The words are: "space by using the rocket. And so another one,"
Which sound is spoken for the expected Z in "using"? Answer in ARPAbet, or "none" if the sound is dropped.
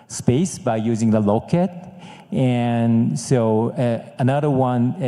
Z